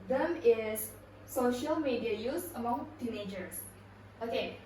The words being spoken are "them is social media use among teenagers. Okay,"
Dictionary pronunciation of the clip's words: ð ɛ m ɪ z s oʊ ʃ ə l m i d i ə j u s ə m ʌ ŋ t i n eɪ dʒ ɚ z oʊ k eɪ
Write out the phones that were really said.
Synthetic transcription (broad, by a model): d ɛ m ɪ s oʊ ʃ ə l m i d i ə j u s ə m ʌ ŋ t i n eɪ dʒ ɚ s oʊ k eɪ